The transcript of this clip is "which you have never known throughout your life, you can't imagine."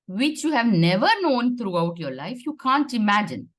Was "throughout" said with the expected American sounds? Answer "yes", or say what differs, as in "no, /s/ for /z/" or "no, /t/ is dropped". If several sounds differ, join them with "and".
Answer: no, /t/ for /θ/